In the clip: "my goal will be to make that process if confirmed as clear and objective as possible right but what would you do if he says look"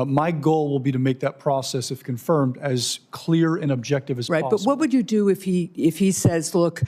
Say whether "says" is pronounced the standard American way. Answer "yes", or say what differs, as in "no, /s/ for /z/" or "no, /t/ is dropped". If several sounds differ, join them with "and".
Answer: yes